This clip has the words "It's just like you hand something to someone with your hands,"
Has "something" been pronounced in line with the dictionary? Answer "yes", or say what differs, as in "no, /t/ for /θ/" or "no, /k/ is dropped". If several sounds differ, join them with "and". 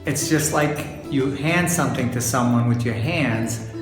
yes